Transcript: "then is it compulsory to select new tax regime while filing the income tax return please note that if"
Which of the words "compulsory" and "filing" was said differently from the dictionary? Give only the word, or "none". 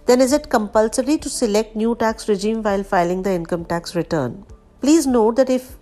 none